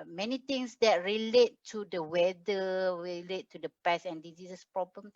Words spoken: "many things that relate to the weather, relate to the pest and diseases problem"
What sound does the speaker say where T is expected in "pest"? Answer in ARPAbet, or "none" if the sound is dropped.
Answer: none